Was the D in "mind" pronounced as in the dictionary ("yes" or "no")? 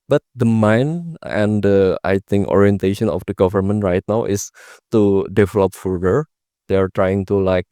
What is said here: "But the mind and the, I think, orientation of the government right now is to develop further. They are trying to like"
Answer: no